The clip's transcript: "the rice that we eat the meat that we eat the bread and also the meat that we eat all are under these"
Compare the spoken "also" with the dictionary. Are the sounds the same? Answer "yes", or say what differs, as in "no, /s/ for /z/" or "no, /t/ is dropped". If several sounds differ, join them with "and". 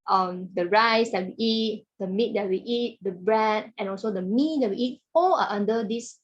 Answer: yes